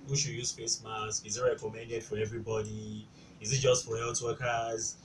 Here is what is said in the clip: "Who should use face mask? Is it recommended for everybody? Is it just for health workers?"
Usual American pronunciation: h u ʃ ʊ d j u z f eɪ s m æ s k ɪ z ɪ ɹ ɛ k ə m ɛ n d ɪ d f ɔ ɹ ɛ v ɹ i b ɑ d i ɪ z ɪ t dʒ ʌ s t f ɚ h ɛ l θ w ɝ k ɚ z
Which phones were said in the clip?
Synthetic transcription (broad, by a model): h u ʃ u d j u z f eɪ s m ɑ s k ɪ z ɪ ɹ ɛ k ə m ɛ n d ɪ d f ɔ ɹ ɛ v ɹ i b ɑ d i ɪ z ɪ t dʒ ʌ s t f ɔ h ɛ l t w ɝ k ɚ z